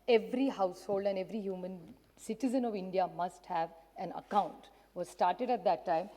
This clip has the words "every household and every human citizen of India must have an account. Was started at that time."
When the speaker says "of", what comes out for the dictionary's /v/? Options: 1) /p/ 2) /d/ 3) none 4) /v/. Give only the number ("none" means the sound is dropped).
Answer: 4